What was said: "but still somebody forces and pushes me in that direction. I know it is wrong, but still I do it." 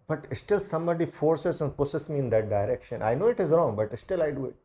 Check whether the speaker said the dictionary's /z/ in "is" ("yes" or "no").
yes